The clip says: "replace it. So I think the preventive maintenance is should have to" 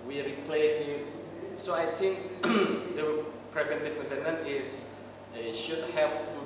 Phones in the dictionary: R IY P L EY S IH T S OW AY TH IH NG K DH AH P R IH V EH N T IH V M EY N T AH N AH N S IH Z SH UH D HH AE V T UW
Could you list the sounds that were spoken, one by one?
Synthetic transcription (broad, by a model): R IY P L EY S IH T S OW AY T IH NG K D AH P R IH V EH N T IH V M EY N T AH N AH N IH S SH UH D HH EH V T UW